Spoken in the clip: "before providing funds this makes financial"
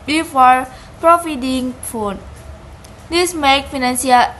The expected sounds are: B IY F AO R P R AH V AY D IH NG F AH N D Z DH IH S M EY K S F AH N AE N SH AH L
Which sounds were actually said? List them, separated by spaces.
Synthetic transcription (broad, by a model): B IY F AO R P R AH F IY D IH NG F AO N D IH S M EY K F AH N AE N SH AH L